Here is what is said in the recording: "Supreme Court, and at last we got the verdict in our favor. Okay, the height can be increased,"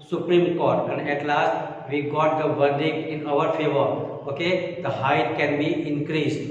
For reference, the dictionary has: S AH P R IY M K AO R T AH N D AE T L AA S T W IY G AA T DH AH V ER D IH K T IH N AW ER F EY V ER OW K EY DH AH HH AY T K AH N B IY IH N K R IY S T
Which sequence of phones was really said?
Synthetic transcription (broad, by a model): S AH P R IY M K AO R T AH N D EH T L AA S T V IY G AA T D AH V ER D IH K IH N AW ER F EY V ER OW K EY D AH HH AY T K AH N B IY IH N K R IY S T